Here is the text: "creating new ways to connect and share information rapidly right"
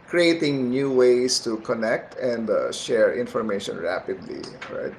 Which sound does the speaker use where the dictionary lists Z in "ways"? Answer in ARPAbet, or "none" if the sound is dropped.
S